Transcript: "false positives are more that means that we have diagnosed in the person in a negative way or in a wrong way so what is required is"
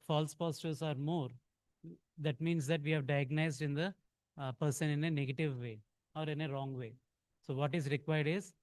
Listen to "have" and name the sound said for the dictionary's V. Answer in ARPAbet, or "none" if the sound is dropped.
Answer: V